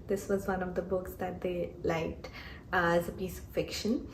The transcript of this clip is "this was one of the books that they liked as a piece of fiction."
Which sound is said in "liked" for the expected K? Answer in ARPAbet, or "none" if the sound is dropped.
K